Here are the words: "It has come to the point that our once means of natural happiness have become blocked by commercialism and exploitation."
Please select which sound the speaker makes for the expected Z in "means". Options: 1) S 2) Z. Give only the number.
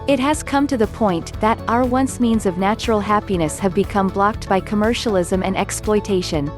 2